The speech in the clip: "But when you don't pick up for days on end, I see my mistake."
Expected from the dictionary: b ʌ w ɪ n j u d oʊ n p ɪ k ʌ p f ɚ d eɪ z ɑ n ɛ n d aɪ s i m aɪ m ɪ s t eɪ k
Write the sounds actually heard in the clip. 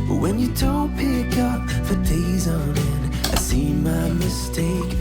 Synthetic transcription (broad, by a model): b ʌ w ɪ n j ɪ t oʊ p ɪ k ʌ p f ɚ d eɪ z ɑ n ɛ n aɪ s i m aɪ m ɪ s t eɪ k